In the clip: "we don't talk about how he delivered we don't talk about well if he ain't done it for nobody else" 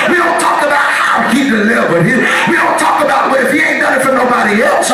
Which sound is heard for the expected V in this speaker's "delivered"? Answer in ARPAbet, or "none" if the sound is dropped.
W